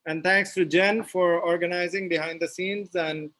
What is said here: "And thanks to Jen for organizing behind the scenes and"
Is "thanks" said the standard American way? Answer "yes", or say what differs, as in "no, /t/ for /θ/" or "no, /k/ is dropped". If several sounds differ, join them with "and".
no, /t/ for /θ/